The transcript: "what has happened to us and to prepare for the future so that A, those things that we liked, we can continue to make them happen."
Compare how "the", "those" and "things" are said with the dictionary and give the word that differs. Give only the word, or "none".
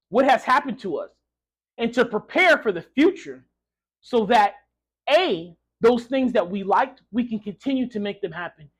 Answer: none